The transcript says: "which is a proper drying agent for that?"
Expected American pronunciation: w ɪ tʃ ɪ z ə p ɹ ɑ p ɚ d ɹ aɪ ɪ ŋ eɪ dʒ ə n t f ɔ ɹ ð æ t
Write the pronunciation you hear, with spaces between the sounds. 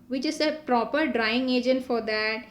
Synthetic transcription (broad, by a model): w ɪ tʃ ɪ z ə p ɹ ɑ p ɚ d ɹ aɪ ɪ ŋ eɪ dʒ ə n t f ɔ ɹ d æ t